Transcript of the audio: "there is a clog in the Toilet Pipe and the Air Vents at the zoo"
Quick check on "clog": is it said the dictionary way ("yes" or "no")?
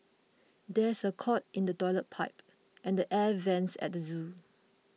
no